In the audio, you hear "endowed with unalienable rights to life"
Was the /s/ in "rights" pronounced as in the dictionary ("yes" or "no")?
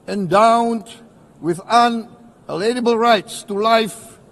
yes